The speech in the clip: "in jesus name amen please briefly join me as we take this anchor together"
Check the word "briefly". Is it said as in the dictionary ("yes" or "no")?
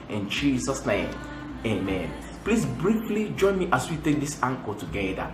yes